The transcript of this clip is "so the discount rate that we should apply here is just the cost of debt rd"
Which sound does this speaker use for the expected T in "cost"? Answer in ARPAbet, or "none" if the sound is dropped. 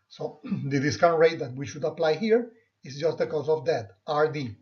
none